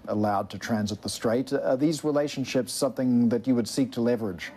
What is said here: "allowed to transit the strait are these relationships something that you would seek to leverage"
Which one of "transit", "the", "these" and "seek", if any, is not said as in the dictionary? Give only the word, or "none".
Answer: none